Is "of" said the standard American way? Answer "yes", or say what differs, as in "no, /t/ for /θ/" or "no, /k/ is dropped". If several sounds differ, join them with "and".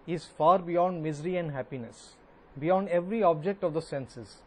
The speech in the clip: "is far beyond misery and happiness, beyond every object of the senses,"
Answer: yes